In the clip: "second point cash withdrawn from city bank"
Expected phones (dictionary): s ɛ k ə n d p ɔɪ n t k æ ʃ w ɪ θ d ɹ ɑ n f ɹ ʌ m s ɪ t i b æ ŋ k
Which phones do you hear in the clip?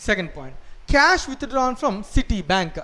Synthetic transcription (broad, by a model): s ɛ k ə n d p ɔɪ n t k æ ʃ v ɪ t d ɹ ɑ n f ɹ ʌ m s ɪ t i b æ ŋ k